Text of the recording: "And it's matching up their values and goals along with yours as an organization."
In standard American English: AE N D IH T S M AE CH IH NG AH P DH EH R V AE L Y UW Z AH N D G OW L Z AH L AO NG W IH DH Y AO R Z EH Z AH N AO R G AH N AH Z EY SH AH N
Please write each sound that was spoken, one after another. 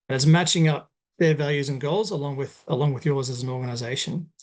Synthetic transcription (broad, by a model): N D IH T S M AE CH IH NG AH P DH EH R V AE L Y UW Z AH N G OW L Z AH L AO NG W IH DH Y AO R Z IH Z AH N AO R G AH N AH Z EY SH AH N